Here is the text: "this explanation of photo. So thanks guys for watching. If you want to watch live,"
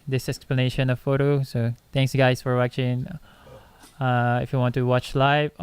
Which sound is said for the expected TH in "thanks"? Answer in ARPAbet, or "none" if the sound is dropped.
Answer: T